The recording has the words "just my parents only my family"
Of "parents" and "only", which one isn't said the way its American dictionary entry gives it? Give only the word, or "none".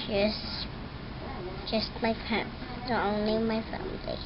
parents